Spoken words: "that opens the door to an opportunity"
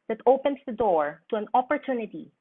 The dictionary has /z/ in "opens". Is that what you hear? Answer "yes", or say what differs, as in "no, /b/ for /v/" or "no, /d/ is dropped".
no, /s/ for /z/